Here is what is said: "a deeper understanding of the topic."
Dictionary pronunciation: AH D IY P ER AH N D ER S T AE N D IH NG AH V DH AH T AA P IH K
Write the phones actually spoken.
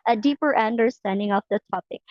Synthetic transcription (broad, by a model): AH D IY P ER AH N D ER S T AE N D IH NG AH P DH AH T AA P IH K